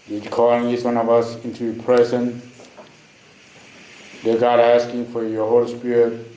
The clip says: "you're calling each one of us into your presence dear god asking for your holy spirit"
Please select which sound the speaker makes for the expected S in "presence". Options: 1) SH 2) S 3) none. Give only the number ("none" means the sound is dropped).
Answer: 3